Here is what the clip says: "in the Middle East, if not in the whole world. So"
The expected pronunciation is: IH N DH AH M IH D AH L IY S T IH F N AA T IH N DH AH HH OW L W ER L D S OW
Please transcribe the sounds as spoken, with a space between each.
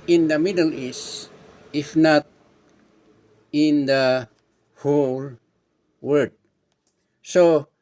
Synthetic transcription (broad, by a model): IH N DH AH M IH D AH L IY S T IH F N AA T IH N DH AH HH OW L W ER D S OW